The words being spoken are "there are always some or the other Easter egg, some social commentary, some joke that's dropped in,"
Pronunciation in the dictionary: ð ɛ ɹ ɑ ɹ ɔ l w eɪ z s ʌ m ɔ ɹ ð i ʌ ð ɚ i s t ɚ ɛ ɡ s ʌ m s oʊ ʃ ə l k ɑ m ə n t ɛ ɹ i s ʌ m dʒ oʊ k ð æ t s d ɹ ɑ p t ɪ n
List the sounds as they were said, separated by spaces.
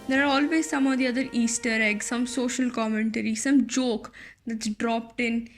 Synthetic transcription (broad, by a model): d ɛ ɹ ɑ ɹ ɔ l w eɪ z s ʌ m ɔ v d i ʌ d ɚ i s t ɚ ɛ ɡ s ʌ m s oʊ ʃ ə l k ɑ m ə n t ɛ ɹ i s ʌ m dʒ oʊ k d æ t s d ɹ ɑ p t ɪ n